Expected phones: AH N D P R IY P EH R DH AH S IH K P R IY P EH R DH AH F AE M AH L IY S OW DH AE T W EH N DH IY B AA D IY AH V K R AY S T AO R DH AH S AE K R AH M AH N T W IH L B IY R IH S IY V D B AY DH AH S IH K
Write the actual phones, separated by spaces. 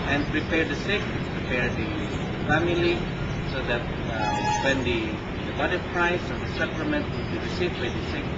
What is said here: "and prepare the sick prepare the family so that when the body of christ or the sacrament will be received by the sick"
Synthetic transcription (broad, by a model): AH N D P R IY P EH R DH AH S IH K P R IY P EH R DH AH F AE M AH L IY S OW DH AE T W EH N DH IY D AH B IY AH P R AY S AO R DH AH S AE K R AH M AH N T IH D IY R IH S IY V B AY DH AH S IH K